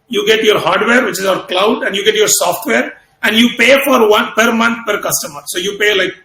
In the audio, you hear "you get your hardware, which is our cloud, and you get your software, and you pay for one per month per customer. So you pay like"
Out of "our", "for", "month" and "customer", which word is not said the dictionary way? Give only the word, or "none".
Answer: month